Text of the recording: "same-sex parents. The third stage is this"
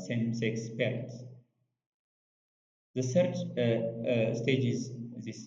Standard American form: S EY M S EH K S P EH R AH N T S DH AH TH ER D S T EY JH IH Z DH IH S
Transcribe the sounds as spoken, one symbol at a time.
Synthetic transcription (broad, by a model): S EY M S EH K S P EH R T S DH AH S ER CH S T EY JH IH Z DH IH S